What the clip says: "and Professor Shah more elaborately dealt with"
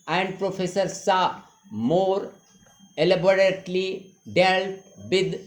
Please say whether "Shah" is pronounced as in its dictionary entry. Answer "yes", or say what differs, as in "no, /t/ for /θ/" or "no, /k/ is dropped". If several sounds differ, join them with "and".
no, /s/ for /ʃ/